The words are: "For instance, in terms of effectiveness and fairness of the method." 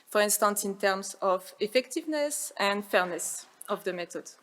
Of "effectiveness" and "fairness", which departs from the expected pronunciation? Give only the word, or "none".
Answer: none